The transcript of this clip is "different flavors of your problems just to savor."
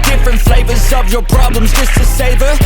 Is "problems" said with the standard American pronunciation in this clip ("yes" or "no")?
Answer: yes